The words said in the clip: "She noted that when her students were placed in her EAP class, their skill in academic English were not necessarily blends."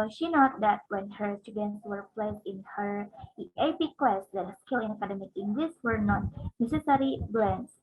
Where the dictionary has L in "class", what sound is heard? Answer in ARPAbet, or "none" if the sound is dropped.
W